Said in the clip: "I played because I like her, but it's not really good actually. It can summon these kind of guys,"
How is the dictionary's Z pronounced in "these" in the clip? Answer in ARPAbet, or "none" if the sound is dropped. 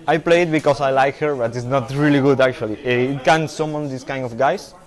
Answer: S